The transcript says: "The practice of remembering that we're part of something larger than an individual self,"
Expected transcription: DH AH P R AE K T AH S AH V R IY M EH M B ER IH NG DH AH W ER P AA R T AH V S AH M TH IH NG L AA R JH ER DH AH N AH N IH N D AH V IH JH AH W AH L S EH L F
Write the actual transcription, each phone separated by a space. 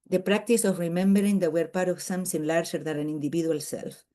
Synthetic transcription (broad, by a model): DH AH P R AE K T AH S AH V R IY M EH M B ER IH NG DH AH W ER P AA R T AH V S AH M S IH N L AA R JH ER DH AH N AH N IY N D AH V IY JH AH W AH L S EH L F